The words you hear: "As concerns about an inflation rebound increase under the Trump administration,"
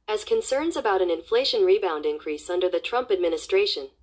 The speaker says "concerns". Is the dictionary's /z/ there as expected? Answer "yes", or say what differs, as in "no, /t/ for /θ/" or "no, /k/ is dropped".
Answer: yes